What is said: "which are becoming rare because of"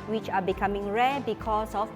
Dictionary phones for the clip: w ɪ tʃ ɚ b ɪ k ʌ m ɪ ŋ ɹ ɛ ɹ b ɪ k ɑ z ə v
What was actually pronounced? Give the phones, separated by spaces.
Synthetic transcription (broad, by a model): w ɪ tʃ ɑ b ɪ k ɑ m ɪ ŋ ɹ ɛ b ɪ k ɑ s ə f